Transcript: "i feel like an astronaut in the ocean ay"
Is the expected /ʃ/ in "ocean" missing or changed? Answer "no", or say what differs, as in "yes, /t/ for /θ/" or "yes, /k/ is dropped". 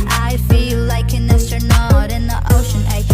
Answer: no